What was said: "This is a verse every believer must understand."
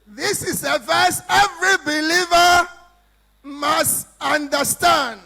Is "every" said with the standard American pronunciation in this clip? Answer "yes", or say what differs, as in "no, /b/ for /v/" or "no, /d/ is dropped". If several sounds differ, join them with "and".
yes